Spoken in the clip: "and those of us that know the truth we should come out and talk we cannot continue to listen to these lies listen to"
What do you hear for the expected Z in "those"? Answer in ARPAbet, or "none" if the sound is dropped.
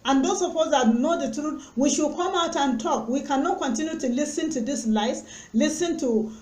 S